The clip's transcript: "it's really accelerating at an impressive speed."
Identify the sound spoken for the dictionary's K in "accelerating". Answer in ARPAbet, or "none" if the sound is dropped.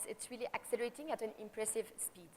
K